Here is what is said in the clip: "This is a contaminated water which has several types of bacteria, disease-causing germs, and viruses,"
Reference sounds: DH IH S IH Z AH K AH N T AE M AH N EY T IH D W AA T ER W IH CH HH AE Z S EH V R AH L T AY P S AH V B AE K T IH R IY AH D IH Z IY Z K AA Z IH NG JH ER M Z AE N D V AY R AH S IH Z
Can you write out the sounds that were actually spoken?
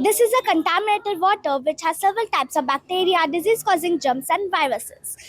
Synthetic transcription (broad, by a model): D IH S IH Z AH K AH N T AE M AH N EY T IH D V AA T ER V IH CH HH AE Z S EH V R AH L T AY P S AH V B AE K T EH R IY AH D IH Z IY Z K AA Z IH NG JH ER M S AE N D V AY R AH S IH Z